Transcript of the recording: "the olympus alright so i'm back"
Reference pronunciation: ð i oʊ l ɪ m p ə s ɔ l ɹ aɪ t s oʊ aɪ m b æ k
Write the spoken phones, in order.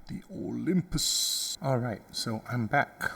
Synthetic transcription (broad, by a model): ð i oʊ l ɪ m p ə s ɔ l ɹ aɪ t s oʊ aɪ m b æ k